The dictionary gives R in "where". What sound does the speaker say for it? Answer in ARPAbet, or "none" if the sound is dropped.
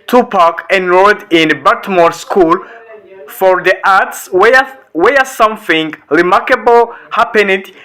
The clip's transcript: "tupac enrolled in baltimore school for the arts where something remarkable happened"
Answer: W